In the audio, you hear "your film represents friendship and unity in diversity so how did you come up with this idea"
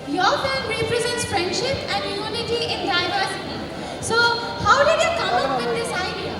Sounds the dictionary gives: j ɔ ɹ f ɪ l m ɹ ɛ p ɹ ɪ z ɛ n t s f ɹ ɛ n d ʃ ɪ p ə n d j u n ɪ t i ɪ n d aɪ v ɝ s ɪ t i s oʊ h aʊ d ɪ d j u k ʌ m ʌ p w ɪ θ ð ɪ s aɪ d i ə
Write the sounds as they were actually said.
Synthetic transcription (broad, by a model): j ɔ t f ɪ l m ɹ ɛ p ɹ ɪ z ɛ n t s f ɹ ɛ n d ʃ ɪ p ə n d j u n ɪ t i ɪ n d aɪ v ɝ s ɪ t i s oʊ h aʊ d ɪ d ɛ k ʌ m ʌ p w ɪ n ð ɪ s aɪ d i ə